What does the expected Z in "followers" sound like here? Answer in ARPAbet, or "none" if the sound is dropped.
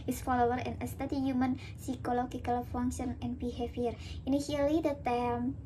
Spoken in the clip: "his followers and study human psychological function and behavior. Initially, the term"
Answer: none